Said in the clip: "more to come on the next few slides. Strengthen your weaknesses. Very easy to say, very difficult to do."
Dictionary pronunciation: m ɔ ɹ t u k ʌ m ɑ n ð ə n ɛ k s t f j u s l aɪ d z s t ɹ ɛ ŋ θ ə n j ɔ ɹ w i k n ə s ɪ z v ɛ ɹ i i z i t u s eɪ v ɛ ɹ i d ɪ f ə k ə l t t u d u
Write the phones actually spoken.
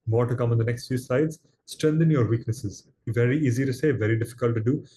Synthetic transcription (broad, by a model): m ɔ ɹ t u k ʌ m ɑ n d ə n ɛ k s t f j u s aɪ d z s t ɹ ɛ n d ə n j ɔ ɹ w i k n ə s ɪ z v ɛ ɹ i i z i t u s eɪ v ɛ ɹ i d ɪ f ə k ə l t t u d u